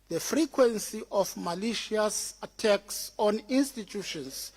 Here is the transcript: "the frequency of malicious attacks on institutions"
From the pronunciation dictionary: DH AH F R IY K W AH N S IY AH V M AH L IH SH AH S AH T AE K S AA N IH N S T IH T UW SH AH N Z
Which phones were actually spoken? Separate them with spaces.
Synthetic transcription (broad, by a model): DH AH F R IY K W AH N S IY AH F M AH L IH SH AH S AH T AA K S AA N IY N S T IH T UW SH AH N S